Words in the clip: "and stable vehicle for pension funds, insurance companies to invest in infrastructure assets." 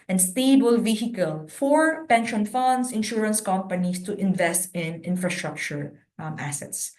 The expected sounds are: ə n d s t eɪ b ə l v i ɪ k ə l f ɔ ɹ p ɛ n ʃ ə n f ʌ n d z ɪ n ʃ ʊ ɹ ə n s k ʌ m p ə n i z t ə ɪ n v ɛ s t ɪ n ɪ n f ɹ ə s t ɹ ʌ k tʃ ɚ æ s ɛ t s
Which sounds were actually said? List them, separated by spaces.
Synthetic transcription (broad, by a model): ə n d s t eɪ b ə l v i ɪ k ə l f ɔ ɹ p ɛ n ʃ ə n f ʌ n d s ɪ n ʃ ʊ ɹ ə n s k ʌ m p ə n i s t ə ɪ n v ɛ s t ɪ n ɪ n f ɹ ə s t ɹ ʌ k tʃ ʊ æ s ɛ t s